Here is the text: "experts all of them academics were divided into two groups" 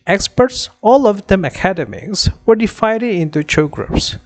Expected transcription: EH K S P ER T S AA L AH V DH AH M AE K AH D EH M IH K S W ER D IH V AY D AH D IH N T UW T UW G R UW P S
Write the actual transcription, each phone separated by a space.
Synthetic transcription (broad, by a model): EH K S P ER T S AA L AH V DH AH M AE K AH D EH M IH K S W ER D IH F AY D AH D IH N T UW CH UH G R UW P S